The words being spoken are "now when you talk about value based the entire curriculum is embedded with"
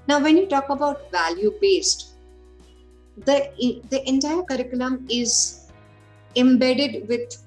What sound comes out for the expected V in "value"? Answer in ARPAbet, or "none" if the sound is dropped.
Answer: V